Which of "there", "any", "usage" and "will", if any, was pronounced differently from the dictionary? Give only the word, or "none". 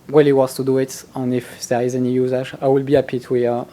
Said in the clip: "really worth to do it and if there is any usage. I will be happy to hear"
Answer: usage